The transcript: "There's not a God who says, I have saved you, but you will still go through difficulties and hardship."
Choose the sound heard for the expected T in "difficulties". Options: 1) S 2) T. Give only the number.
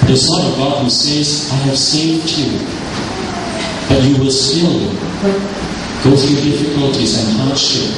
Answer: 2